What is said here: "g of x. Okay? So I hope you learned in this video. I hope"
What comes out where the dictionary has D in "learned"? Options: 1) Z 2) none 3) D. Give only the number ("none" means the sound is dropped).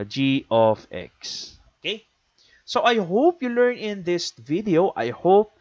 2